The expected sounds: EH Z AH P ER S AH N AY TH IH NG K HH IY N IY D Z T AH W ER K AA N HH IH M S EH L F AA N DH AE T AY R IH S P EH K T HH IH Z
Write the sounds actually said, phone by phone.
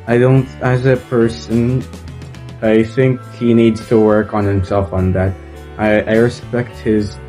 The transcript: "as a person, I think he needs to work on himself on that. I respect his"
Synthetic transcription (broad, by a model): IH Z AH P ER S AH N AY TH IH NG K HH IY N IY D Z T AH W ER K N HH IH M S EH L F N DH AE T AY R IH S P EH K T HH IH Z